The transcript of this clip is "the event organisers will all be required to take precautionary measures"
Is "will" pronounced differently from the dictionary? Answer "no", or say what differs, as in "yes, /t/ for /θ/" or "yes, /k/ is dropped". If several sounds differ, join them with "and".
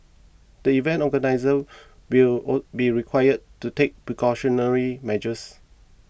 yes, /w/ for /l/